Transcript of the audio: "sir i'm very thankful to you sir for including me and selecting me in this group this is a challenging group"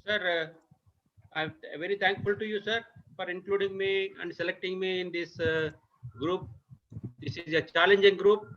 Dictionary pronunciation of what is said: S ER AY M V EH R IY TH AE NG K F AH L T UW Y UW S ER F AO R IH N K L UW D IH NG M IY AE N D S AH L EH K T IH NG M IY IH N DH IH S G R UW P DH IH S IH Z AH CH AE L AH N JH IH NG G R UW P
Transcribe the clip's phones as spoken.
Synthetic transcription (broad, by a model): S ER AY M V EH R IY T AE NG K F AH L T UW Y UW S ER F AO R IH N K L UW D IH NG M IY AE N D S AH L EH K T IH NG M IY IH N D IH S G R UW P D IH S IH Z AH CH AE L AH N JH IH NG G R UW P